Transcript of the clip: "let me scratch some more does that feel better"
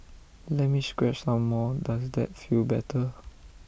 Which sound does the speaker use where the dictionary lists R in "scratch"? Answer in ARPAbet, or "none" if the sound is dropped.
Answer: W